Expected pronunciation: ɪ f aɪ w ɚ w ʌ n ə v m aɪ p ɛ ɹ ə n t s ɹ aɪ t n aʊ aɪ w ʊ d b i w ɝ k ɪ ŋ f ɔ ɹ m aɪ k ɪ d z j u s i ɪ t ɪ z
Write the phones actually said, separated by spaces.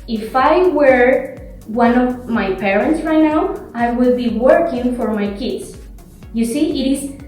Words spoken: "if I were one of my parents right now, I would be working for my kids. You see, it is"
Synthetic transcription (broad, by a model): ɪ f aɪ w ɚ w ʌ n ə v m aɪ p ɛ ɹ ə n t s ɹ aɪ t n aʊ aɪ w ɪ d b i w ɝ k ɪ ŋ f ɔ ɹ m aɪ k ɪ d s j u s i ɪ t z